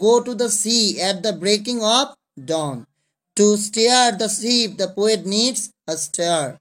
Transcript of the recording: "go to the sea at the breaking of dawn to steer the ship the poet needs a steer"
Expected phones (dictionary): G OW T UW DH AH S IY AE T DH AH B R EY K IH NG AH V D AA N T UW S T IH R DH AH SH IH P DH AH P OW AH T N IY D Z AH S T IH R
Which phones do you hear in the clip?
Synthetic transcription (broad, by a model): OW T UW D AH S IY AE T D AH B R EY K IH NG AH P D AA N T UW S T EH R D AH S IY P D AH P OW AH T N IY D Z AH S T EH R